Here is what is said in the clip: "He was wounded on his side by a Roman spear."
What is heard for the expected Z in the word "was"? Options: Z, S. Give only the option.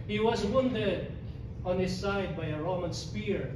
Z